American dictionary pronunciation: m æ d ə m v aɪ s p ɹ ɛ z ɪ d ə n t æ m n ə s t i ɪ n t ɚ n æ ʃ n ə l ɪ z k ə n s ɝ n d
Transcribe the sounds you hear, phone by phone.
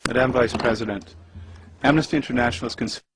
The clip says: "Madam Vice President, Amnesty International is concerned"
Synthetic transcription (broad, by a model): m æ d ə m v aɪ s p ɹ ɛ z ɪ d ə n t æ m n ə s t i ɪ n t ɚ n æ ʃ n l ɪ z k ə n s